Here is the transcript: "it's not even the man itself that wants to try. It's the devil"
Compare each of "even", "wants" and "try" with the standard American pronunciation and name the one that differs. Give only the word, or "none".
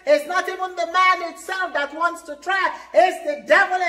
even